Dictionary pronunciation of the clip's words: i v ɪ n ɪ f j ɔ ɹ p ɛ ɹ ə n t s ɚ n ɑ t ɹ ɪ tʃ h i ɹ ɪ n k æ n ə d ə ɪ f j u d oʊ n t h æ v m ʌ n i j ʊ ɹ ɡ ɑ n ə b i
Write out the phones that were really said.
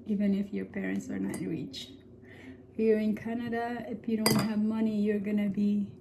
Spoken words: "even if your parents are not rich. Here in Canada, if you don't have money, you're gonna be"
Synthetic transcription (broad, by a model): i v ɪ n ɪ f j ɔ ɹ p ɛ ɹ ə n t s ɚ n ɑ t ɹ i tʃ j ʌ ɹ ɪ n k æ n ə d ə ɪ f j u d oʊ n t h æ v m ʌ n i j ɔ ɹ ɡ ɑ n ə b i